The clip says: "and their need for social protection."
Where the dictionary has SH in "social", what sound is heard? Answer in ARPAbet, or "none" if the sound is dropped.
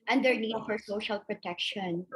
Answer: SH